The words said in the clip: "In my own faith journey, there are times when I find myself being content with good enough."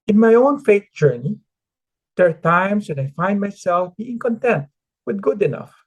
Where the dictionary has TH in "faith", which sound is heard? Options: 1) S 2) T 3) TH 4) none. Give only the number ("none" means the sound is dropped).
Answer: 2